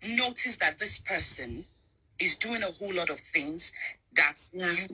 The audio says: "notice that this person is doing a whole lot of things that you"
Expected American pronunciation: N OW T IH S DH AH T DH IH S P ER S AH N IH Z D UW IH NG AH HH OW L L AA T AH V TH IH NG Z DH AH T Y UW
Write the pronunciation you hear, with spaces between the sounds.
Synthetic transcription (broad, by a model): N OW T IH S DH AH T DH IH S P ER S AH N IH Z D UW IH NG AH HH OW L L AA T AH V TH IH NG Z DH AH T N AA